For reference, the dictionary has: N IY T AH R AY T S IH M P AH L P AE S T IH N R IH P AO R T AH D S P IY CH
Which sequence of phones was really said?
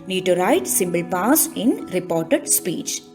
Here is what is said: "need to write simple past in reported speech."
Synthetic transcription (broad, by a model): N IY T AH R AY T S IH M B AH L P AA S IH N R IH P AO R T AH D S P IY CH